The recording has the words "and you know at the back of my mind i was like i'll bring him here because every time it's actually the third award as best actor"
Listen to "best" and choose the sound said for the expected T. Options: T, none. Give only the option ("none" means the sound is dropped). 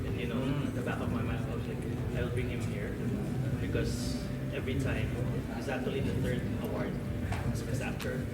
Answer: none